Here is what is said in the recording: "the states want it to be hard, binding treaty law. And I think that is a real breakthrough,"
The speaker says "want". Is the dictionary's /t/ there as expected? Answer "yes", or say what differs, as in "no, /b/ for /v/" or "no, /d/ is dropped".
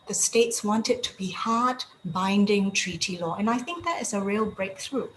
yes